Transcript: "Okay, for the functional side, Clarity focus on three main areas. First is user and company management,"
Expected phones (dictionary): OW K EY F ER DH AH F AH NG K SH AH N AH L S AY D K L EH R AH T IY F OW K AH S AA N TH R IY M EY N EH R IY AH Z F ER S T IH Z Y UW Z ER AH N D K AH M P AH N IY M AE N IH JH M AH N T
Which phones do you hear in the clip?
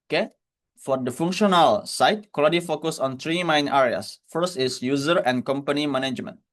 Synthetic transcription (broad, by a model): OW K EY F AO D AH F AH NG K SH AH N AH L S AY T K AO L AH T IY F OW K AH S AA N T R IY M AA N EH R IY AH S F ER S T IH S Y UW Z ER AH N K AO M P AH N IY M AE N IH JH M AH N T